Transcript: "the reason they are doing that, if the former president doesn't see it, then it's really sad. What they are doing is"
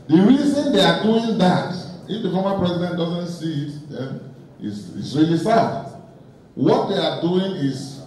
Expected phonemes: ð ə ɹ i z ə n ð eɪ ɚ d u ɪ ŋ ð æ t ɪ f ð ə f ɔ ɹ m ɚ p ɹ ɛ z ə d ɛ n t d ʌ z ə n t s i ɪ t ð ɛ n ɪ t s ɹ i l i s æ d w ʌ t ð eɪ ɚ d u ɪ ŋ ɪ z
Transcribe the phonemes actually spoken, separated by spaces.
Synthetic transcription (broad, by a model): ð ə ɹ i z ə n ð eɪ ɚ d u ɪ ŋ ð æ t ɪ f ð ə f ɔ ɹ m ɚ p ɹ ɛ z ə d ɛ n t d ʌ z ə n t s i ɪ t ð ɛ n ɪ s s ɹ i l i s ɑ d w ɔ t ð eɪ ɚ d u ɪ ŋ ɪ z